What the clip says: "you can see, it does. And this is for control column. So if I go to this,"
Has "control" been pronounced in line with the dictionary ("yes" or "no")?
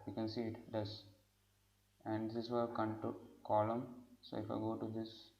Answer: no